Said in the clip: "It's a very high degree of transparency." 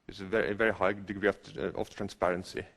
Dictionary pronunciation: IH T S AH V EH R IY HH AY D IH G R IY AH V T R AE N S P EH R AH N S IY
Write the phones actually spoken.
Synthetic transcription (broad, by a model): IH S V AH V EH R IY HH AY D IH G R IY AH F T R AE N S P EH R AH N S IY